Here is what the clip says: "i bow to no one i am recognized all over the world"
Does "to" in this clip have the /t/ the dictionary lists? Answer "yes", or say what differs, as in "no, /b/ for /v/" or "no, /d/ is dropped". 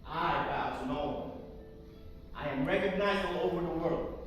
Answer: no, /s/ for /t/